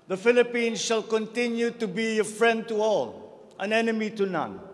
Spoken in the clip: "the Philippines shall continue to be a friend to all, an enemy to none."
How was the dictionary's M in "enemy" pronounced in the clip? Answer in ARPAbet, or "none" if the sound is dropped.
M